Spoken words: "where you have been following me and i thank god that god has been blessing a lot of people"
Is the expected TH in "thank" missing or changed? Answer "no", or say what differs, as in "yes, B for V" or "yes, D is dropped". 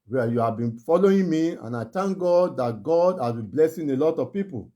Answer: yes, T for TH